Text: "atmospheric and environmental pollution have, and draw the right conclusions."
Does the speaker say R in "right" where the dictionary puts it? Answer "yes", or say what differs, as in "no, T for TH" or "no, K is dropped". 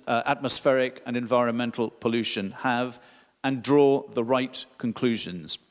yes